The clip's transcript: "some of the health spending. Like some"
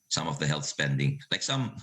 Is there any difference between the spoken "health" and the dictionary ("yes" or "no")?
no